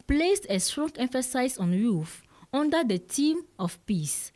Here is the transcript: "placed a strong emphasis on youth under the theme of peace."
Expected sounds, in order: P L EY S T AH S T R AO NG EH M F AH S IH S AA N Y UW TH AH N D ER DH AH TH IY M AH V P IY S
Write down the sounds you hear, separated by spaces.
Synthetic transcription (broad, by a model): P L EY S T AH S T R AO NG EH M F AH S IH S AA N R UW F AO N D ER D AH T IY M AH F P IY S